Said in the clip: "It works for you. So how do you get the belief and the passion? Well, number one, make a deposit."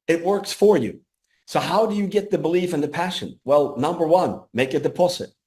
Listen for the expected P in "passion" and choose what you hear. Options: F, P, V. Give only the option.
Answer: P